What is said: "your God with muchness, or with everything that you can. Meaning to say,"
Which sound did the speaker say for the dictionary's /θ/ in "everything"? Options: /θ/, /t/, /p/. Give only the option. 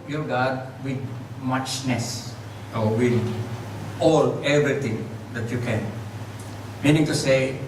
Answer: /t/